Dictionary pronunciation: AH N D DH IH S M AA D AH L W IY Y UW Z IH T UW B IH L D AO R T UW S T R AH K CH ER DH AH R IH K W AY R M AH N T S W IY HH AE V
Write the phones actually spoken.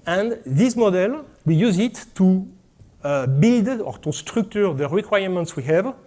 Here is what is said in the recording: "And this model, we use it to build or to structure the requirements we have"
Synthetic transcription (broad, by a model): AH N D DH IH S M AA D AH L W IY Y UW Z IH T UW B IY L D AO R T UW S T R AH K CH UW DH AH R IH K W AY R M AH N T S W IY HH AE V